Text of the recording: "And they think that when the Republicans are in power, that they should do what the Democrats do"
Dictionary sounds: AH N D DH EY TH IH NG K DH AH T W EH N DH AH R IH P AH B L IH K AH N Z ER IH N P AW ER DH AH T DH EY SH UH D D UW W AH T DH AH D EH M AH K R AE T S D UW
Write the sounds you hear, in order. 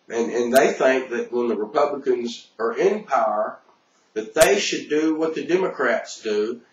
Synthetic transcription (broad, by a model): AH N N DH EY TH IH NG K DH AH T W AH N DH AH R IH P AH B L IH K AH N Z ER IH N P AW ER DH AH T DH EY SH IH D D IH W AH T DH AH D EH M AH K R AE T S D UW